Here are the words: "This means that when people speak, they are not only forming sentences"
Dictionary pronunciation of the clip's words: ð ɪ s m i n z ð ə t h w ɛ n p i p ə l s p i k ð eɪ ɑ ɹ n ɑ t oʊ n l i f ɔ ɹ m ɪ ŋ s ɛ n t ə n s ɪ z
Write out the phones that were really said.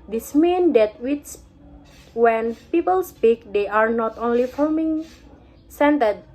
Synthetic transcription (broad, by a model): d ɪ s m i n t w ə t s w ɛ n p i p ə l s p i k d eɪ ɑ ɹ n ɑ t oʊ n l i f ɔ l m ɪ ŋ s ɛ n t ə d